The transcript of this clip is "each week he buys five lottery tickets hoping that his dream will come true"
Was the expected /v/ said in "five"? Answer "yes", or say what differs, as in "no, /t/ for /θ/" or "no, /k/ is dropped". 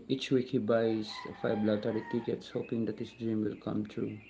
no, /b/ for /v/